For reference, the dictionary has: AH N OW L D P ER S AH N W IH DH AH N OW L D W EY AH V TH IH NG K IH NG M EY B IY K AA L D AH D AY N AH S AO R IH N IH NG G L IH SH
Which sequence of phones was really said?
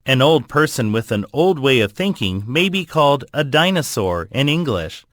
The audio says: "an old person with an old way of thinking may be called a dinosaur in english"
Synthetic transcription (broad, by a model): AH N OW L D P ER S AH N W IH DH AH N OW L D W EY AH V TH IH NG K IH NG M EY B IY K AA L D AH D AY N AH S AO R IH N IH NG G L IH SH